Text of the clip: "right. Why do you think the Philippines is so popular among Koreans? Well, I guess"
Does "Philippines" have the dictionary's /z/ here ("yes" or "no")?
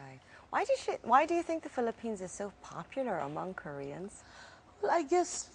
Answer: yes